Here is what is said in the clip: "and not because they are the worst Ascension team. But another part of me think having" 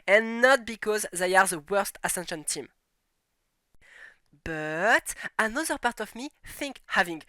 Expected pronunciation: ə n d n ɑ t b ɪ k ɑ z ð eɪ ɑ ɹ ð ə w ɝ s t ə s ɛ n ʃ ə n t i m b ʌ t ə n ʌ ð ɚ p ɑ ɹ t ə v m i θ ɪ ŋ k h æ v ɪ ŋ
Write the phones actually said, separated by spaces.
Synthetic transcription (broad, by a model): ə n n ɑ t b ɪ k ɑ z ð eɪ ɑ ɹ ð ə w ɝ s t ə s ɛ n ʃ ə n t i m b ʌ t ə n ʌ ð ɚ p ɑ ɹ t ə v m i θ ɪ ŋ k h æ v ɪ ŋ